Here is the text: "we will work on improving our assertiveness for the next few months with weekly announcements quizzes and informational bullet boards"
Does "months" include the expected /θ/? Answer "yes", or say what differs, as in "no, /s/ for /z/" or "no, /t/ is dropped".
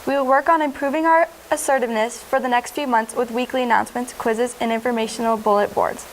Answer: yes